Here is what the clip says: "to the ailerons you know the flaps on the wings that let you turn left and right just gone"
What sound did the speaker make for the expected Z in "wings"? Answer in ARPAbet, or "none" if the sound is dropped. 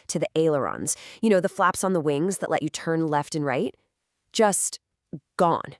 Z